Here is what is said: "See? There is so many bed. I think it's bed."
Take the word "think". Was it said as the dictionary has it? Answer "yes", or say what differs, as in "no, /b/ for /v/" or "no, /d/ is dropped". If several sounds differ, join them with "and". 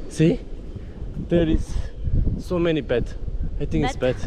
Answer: no, /t/ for /θ/